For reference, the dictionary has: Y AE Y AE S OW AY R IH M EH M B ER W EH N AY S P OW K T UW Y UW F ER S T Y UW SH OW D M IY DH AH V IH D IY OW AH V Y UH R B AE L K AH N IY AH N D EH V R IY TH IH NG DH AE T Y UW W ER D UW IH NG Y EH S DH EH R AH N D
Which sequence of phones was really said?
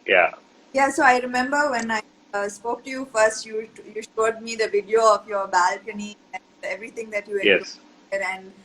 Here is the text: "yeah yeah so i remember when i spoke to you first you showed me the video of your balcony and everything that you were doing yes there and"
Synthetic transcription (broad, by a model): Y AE Y AE S OW AY R IH M EH M B ER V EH N AY S P OW K T UW Y UW F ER S T Y UW SH OW D M IY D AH V IH D IY OW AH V Y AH R B AE L K AH N IY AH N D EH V R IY T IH NG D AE T Y UW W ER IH Y EH S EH R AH N D